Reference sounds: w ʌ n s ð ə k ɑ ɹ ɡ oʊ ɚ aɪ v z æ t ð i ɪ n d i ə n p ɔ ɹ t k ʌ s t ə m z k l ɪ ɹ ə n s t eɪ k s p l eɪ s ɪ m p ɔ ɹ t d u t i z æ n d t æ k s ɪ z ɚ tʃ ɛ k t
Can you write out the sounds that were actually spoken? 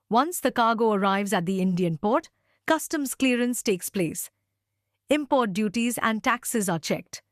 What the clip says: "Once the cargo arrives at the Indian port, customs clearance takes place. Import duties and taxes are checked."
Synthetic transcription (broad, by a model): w ʌ n s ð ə k ɑ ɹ ɡ oʊ ɚ aɪ v z æ t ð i ɪ n d i ə n p ɔ ɹ t k ʌ s t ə m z k l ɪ ɹ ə n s t eɪ k s p l eɪ s ɪ m p ɔ ɹ t d u t i z æ n d t æ k s ɪ z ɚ tʃ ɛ k t